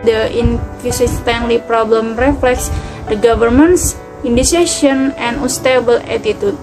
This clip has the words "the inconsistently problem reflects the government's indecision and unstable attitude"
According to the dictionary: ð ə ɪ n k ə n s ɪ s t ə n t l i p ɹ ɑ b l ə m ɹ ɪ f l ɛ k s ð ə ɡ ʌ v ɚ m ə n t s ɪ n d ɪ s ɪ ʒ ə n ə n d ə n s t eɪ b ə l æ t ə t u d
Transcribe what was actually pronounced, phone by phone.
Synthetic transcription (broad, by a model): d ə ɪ n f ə s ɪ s t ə n l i p ɹ ɑ b l ə m ɹ ɪ f l ɛ k s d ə ɡ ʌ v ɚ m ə n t s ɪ n d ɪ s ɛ s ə n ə n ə s t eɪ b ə l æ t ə t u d